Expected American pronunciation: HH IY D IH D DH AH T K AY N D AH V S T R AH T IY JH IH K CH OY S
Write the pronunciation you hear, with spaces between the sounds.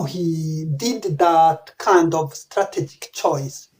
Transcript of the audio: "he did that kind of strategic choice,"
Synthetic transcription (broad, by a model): HH IY D IH D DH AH T K AY N D AH V S T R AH T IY JH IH K CH OY S